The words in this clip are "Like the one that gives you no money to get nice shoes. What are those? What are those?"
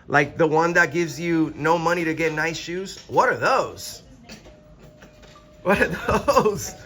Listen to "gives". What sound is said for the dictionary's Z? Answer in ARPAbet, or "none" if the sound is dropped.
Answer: Z